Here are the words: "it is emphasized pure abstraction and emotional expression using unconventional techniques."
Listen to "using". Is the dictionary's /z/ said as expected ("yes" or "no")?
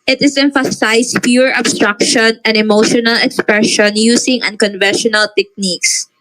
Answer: no